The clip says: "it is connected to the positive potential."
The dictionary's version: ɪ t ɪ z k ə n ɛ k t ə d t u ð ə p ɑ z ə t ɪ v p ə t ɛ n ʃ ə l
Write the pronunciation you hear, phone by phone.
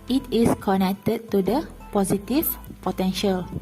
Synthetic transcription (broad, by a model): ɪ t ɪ s k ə n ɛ k t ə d t u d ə p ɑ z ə t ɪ f p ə t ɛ n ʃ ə l